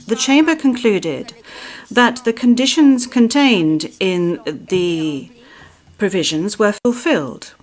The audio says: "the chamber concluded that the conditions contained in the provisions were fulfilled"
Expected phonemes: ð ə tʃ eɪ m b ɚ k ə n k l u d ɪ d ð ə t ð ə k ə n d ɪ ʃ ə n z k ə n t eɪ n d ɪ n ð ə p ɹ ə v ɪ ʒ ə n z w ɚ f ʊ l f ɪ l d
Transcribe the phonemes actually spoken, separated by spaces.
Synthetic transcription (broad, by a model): ð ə tʃ eɪ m b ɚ k ə n k l u d ɪ d ð ə t ð ə k ə n d ɪ ʃ ə n z k ə n t eɪ n d ɪ n ð ə p ɹ ə v ɪ ʒ ə n z w ɚ f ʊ l f ɪ l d